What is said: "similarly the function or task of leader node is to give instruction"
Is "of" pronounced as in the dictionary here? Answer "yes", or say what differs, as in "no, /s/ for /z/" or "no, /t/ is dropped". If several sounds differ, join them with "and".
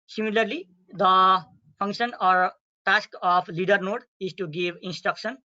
no, /p/ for /v/